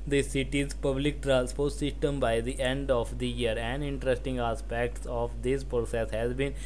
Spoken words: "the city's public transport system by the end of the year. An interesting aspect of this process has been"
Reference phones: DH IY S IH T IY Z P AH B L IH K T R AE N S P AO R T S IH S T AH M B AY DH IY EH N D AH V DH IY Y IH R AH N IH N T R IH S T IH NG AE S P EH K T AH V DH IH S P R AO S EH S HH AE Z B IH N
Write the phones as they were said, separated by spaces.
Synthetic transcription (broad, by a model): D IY S IH T IY Z P AH B L IH K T R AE L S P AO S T S IH S T AH M B AY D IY EH N D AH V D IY Y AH R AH N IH N T R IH S T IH NG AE S P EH K T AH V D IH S P R AO S EH S HH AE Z B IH N